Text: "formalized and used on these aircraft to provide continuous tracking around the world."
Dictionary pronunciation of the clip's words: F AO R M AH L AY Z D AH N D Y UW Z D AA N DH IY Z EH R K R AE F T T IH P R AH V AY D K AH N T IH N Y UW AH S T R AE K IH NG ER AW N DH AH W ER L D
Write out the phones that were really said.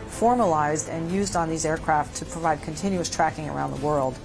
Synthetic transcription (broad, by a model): F AO R M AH L AY Z D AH N Y UW Z D N DH IY Z EH R K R AE F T T IH P R AH V AY D K AH N T IH N Y UW AH S T R AE K IH NG ER AW N DH AH W ER L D